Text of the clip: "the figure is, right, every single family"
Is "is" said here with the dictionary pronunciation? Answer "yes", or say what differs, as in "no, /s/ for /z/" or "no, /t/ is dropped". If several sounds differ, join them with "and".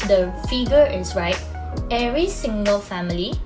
no, /s/ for /z/